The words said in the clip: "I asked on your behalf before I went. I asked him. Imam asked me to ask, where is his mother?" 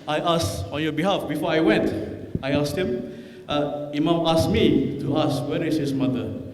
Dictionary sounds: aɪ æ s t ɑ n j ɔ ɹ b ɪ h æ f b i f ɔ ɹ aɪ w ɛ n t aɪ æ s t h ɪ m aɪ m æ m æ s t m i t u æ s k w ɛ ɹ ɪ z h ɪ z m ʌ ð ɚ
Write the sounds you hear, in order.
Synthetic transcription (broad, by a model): aɪ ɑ s ɑ n j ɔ b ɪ h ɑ f b i f ɔ aɪ w ɛ n t aɪ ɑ s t h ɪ m aɪ m æ m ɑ s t m i t u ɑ s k w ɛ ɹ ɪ s h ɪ s m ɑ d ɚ